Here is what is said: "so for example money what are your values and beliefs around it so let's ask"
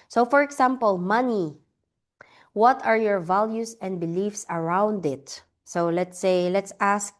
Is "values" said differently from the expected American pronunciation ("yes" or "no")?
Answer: yes